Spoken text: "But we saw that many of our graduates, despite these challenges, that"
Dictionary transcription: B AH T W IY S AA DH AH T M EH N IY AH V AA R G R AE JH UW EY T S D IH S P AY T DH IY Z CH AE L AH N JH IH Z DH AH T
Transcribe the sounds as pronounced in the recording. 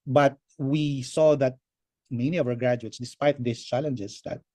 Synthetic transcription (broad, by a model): B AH T W IY S AA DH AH T M EH N IY AH V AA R G R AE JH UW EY T S D IH S P AY T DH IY S CH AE L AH N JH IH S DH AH T